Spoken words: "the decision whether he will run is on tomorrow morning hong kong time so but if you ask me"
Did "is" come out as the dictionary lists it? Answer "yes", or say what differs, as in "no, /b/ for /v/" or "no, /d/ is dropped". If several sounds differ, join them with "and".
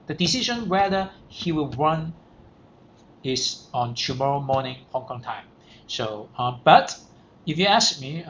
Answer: no, /s/ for /z/